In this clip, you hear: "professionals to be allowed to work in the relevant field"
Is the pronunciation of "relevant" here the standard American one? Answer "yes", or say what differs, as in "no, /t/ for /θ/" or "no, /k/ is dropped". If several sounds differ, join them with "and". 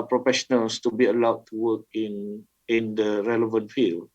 yes